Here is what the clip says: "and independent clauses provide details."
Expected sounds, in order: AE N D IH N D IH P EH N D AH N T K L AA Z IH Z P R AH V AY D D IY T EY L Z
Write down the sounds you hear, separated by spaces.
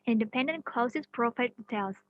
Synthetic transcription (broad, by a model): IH N D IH P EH N D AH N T K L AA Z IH S P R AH F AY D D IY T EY L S